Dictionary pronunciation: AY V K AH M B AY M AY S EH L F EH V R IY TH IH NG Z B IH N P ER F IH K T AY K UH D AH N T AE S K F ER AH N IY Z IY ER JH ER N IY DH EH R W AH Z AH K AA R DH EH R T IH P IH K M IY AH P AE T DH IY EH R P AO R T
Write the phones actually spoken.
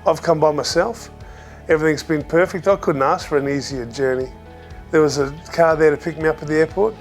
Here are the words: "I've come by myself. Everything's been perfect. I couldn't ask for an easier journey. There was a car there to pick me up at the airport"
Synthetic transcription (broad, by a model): AY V K AH M B AY M AY S EH L F EH V R IY TH IH NG Z B IH N P ER F IH K T AY K UH D N T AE S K F ER AH N IY Z IY ER JH ER N IY DH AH R W AH Z AH K AA R DH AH R T IH P IH K M IY AH P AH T DH IY EH R P AO R T